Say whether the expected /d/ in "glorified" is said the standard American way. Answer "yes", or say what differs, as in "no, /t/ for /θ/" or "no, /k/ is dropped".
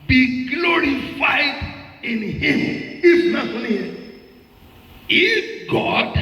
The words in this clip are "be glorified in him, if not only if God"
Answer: yes